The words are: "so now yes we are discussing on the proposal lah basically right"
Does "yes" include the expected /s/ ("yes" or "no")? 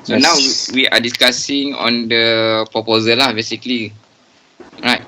no